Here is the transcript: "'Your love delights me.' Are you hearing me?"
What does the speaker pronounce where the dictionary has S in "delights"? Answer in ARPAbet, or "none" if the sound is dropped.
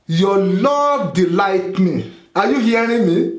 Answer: none